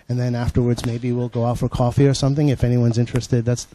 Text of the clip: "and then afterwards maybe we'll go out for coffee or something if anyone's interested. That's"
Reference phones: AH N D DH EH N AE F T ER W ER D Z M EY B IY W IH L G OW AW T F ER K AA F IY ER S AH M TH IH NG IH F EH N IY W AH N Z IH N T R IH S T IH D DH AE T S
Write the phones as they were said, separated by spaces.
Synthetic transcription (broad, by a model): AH N DH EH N AE F T ER W ER D Z M EY B IY W IH L G OW AW T F ER K AA F IY ER S AH M TH IH NG IH F EH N IY W AH N Z IH N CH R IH S T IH D DH AE T S